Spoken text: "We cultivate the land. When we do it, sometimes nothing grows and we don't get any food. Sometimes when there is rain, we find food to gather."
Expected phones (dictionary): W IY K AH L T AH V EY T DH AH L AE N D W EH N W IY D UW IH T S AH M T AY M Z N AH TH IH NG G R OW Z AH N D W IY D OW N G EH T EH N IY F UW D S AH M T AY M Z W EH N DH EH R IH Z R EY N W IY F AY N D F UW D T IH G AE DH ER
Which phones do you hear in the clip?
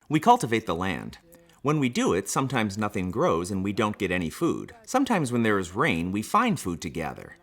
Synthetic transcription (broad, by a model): W IY K AH L T AH V EY T DH AH L AE N D W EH N W IY D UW IH T S AH M T AY M Z N AH TH IH NG G R OW Z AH N W IY D OW N G EH T EH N IY F UW D S AH M T AY M Z W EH N DH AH R IH Z R EY N W IY F AY N D F UW D T IH G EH DH ER